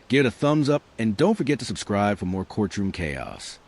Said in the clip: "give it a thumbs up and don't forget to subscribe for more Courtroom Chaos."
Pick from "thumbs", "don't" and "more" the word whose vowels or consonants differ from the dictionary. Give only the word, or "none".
none